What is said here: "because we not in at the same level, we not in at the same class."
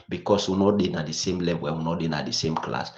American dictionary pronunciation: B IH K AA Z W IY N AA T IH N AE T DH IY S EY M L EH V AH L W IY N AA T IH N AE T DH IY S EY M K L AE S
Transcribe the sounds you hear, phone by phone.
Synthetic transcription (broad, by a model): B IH K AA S W IY N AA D IH N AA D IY S EY M L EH W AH W IY N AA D IH N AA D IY S EY M K L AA S